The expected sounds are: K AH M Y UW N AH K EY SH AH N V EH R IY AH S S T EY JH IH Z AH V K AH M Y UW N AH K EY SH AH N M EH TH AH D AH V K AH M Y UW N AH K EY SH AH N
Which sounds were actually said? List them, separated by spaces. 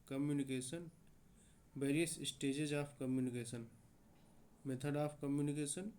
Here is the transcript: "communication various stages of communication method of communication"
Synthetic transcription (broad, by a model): K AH M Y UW N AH K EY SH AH N B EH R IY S S T EY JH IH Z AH P K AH M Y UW N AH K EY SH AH N M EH T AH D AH P K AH M Y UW N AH K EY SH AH N